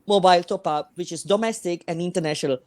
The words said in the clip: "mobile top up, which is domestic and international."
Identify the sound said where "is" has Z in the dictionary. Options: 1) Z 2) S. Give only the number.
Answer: 2